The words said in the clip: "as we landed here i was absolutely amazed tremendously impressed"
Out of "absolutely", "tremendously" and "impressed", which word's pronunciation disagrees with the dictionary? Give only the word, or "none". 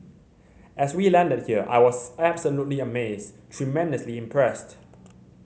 none